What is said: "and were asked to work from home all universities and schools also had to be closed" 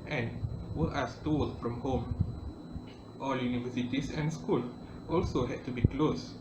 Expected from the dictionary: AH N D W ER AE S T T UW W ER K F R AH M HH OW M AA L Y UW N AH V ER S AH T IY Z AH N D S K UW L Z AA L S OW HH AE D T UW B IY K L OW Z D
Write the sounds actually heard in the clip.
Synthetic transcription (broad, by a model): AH N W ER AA S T T UW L F R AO M HH OW M AA L Y UW N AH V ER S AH T IY S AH N S K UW L AA L S OW HH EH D T UW B IY K L OW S